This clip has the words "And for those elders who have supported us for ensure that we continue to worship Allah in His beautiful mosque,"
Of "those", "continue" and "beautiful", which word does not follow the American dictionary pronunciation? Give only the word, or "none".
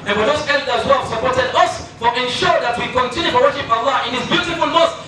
those